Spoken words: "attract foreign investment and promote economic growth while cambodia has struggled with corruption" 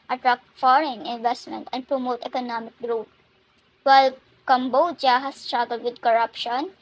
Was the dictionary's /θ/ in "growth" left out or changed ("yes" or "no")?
yes